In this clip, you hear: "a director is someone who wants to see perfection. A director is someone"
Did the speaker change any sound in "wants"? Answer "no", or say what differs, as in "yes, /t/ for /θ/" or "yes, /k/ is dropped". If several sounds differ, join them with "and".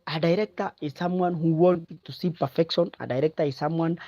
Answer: yes, /s/ is dropped